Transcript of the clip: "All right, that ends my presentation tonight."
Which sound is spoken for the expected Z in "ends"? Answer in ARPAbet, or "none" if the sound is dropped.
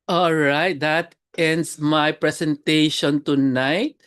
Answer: S